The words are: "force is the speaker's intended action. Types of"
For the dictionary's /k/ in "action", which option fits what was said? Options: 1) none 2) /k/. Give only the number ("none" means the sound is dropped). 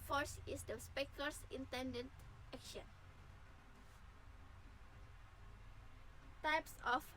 2